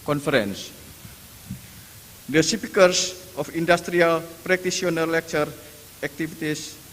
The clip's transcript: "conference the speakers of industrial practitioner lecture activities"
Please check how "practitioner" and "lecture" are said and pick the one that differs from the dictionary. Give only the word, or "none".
practitioner